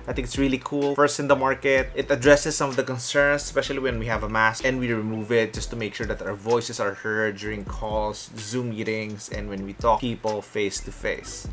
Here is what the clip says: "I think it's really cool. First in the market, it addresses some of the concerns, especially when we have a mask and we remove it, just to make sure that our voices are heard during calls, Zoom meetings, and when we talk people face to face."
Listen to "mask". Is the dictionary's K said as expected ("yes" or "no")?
no